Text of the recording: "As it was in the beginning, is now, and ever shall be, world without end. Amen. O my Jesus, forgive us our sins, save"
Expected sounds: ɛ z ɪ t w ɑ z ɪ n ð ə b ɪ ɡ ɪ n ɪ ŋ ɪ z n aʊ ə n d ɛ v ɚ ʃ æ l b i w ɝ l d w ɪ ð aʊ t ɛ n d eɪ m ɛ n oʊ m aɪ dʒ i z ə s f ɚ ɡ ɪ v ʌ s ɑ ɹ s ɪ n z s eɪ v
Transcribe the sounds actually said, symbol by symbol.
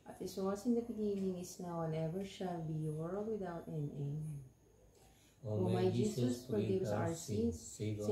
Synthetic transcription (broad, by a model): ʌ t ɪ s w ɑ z ɪ n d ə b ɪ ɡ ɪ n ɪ ŋ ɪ s n aʊ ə n ɛ v ɚ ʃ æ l b i w ɝ l d w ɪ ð aʊ t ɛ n eɪ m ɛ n oʊ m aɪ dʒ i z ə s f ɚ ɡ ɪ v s ɑ ɹ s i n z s